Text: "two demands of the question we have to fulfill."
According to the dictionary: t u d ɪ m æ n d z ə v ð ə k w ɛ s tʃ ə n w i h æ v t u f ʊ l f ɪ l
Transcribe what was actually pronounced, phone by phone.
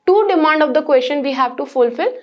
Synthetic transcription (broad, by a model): t u d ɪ m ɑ n d ə v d ə k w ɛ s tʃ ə n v i h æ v t u f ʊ l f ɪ l